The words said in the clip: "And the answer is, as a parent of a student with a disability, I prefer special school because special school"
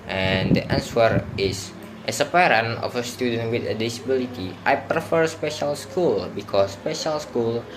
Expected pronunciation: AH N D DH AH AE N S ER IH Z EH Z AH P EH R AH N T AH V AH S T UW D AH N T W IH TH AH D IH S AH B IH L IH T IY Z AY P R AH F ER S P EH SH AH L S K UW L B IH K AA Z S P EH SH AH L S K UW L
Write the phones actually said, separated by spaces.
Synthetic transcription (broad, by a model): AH N D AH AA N S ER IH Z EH S AH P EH R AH N AH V AH S T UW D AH N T W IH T AH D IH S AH B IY L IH T IY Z AY P R AH F ER S P EH SH AH L S K UW L B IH K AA S P EH SH AH L S K UW L